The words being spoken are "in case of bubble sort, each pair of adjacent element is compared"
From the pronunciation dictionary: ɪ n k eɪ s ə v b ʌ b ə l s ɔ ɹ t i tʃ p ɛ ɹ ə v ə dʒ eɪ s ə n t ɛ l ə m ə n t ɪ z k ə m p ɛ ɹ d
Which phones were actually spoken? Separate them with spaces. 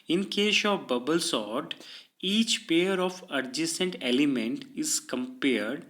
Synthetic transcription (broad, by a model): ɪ n k eɪ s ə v b ʌ b ə l s ɔ ɹ t i tʃ p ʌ ɹ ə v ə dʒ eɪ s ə n t ɛ l ə m ə n t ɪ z k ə m p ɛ ɹ d